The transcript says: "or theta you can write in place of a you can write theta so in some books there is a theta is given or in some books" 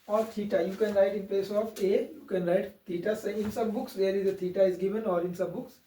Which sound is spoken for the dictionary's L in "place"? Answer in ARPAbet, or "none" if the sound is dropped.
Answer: L